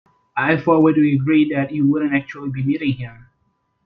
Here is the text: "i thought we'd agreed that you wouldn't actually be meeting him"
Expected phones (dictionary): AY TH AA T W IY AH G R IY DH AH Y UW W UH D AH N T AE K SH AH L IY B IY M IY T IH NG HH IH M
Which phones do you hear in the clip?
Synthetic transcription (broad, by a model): AY F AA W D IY AH G R IY DH AH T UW W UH D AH N T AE K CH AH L IY B IY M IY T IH NG HH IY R